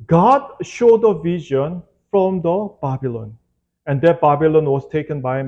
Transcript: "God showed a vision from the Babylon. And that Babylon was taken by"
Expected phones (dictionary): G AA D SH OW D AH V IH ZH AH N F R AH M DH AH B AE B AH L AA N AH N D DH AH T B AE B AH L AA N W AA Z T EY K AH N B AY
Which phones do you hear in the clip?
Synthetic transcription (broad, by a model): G AA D SH OW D AH V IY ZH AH N F R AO M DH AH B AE B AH L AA N AH N D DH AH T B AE B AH L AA N W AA S T EY K AH N B AY